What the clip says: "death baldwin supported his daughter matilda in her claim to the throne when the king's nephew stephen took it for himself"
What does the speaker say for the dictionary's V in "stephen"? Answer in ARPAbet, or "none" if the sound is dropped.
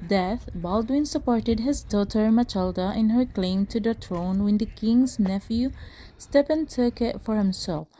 P